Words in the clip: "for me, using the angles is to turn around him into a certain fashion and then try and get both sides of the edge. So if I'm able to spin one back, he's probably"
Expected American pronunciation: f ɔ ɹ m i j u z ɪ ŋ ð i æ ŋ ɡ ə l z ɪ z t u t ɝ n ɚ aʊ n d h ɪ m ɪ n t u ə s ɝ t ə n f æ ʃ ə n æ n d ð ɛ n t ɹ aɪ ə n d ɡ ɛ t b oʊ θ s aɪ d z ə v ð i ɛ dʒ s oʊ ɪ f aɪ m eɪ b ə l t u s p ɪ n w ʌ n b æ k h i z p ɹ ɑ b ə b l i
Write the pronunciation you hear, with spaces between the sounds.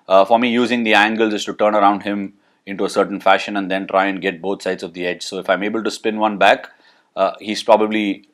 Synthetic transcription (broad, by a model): f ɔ ɹ m i j u z ɪ ŋ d i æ ŋ ɡ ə l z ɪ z t u t ɝ n ɚ aʊ n d h ɪ m ɪ n t u ə s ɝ t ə n f æ ʃ ə n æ n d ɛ n t ɹ aɪ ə n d ɡ ɛ t b oʊ t s aɪ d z ə v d i ɛ dʒ s oʊ ɪ f aɪ m eɪ b ə l t u s p ɪ n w ʌ n b æ k h i z p ɹ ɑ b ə b l i